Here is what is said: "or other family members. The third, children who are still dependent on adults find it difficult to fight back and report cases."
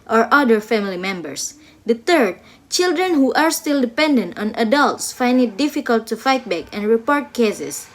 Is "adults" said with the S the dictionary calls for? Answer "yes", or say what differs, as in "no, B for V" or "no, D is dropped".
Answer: yes